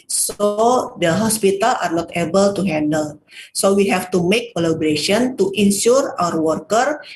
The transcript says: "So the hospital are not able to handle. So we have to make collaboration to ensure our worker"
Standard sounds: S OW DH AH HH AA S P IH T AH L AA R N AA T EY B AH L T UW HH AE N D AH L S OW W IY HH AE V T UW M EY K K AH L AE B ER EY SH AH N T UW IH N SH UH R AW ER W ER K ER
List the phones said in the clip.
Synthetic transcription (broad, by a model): S OW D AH HH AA S P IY T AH L AA R N AA T EY B AH L T UW HH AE N D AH L S OW W IY HH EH F T UW M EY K K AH L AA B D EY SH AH N T UW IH N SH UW R AW ER W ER K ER